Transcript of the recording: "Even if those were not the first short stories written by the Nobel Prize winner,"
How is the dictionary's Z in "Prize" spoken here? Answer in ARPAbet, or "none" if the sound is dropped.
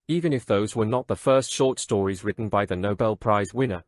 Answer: Z